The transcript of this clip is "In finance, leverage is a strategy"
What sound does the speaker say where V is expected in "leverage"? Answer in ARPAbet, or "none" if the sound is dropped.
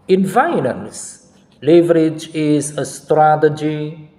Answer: V